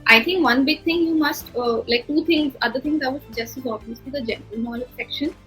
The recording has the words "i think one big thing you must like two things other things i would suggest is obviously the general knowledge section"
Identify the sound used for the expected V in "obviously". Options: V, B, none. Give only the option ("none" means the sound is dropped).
none